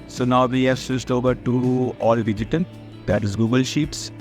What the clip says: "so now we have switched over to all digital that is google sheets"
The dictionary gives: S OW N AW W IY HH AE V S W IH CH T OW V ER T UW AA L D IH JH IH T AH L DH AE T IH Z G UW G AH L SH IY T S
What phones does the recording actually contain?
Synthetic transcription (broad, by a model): S OW N AW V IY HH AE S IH S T OW V ER T UW AA L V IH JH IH T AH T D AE T IH Z G UW G AH L SH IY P S